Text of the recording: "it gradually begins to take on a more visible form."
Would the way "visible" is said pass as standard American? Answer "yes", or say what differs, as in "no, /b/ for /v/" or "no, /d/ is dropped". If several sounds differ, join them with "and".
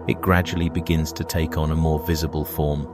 yes